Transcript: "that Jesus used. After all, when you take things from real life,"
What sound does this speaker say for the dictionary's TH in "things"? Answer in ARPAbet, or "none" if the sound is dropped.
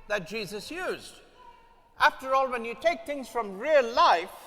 TH